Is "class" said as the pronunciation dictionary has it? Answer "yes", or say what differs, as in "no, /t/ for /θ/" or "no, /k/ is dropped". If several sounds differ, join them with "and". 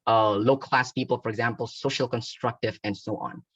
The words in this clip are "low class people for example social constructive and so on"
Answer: yes